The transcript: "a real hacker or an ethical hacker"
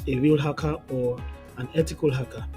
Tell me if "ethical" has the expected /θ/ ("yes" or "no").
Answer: no